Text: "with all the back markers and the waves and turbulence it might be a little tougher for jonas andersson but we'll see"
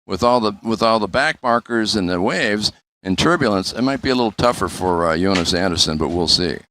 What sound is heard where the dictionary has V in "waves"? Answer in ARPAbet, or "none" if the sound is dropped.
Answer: V